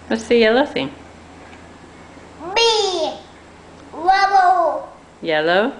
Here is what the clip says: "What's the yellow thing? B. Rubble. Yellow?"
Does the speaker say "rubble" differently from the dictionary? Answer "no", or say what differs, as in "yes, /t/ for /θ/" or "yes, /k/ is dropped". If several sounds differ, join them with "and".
yes, /w/ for /ɹ/